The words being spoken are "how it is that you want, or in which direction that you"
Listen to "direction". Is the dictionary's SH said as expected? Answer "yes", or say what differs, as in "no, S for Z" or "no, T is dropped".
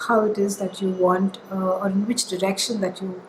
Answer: yes